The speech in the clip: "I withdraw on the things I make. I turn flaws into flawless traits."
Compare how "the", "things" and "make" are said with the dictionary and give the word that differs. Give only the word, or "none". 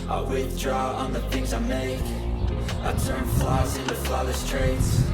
none